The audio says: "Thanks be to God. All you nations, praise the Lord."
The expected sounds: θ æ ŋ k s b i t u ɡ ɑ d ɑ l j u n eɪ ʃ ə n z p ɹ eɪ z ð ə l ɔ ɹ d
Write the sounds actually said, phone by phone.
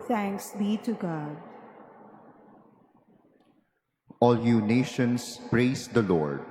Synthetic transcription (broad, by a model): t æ ŋ k s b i t u ɡ ɑ d ɑ l j u n eɪ ʃ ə n s p ɹ eɪ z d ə l ɔ ɹ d